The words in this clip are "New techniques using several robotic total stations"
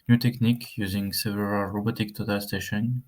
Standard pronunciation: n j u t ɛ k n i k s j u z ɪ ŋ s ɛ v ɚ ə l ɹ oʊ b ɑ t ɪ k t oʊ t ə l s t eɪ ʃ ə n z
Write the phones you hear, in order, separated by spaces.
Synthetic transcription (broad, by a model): n j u t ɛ k n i k j u z ɪ ŋ s ɛ v ɚ ə l ɹ oʊ b ɑ t ɪ k t oʊ t ə l s t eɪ ʃ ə n